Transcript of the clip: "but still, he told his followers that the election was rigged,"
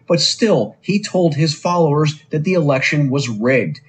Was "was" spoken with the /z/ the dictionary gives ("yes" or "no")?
yes